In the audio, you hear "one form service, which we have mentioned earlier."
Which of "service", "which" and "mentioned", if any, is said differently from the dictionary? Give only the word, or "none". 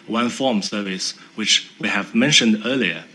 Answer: none